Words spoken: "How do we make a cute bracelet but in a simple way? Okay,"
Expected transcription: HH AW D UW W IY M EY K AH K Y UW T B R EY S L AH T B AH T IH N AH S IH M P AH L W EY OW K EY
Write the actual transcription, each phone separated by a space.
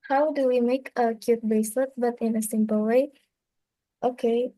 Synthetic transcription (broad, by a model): HH AW D UW W IY M EY K AH K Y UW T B EY S L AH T B AH T IH N AH S IH M P AH L W EY OW K EY